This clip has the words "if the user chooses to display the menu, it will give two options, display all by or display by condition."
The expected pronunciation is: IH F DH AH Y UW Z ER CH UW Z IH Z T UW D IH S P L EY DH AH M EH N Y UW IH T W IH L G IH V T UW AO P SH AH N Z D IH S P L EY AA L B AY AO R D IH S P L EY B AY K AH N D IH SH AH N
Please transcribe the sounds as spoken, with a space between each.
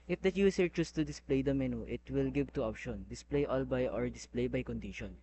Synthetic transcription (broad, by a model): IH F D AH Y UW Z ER CH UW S T UW D IH S P L EY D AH M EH N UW IH T W IH L G IH V T UW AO P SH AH N D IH S P L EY AA L B AY AO R D IH S P L EY B AY K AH N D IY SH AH N